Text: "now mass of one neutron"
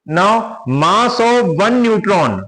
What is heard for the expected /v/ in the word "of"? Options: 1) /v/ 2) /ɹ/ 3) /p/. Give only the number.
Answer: 1